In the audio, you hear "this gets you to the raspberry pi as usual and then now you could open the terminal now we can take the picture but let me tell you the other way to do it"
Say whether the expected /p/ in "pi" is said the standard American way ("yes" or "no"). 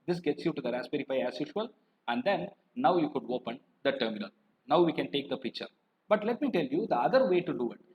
no